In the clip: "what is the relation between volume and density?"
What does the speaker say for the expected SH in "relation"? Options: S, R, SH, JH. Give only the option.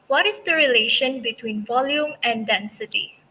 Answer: SH